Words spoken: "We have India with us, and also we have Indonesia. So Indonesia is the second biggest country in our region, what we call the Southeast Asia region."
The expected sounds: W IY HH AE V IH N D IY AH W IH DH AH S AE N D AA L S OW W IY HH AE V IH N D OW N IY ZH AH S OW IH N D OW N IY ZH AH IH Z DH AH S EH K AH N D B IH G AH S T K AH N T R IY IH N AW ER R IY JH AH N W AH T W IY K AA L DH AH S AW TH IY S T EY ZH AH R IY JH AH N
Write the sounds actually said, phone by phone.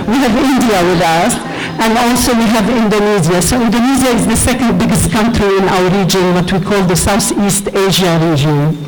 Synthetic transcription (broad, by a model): W IY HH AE V IH N D IY AH W IH DH AH S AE N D AA L S OW W IY HH AE V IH N D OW N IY Z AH S OW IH N D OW N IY Z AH IH Z DH AH S EH K AH N D B IH G AH S T K AH N T R IY IH N AW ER R IY JH AH N W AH T W IY K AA L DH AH S AW TH IY S T EY ZH AH R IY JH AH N